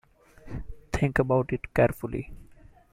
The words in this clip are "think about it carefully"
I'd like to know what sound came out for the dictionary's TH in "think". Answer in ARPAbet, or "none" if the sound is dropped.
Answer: T